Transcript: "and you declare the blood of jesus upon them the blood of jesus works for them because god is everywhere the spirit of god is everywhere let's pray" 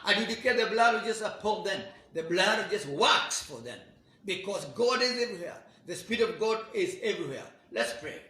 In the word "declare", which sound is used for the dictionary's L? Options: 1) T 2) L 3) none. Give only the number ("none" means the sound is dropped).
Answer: 3